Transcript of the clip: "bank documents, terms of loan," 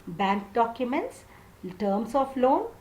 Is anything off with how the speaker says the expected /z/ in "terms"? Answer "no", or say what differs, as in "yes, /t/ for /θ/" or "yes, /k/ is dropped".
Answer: yes, /s/ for /z/